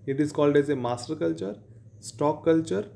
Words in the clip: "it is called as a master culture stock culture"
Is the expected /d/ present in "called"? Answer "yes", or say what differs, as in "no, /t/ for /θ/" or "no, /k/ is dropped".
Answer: yes